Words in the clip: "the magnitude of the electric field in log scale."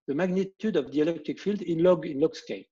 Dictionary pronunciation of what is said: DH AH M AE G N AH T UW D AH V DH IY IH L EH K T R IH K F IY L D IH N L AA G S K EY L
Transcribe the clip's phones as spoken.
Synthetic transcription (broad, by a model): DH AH M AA G N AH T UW D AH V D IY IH L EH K T IH K F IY L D IH N L AA G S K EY